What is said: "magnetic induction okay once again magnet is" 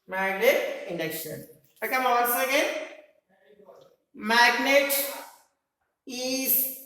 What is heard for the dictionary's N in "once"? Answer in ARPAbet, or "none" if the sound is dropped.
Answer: L